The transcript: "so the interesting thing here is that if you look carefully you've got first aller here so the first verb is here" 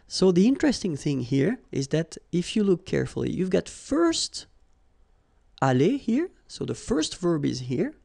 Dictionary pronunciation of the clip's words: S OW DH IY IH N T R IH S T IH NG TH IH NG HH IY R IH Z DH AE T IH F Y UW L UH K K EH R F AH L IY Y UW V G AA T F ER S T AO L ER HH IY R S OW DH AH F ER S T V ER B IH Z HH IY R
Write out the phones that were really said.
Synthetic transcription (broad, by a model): S OW DH IY IH N T R IH S T IH NG TH IH NG HH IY R IH Z DH AE T IH F Y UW L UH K K EH R F AH L IY Y UW V G AA T F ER S T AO L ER HH IY R S OW DH AH F ER S T V ER B IH Z HH IY R